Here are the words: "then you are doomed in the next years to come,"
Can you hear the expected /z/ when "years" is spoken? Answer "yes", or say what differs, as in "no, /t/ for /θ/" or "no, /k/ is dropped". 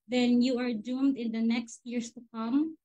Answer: no, /s/ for /z/